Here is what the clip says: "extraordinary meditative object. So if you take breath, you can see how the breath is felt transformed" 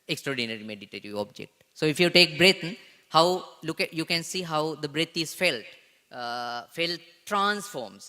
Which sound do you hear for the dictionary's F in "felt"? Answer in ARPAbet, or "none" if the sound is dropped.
F